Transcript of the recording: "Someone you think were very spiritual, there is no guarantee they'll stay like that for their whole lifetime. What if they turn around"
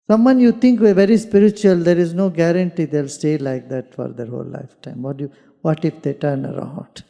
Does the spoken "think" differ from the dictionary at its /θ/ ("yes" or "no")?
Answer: yes